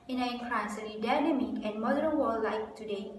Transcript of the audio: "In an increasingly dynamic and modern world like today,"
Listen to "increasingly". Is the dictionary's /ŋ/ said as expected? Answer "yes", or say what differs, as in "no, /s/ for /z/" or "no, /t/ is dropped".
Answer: no, /ŋ/ is dropped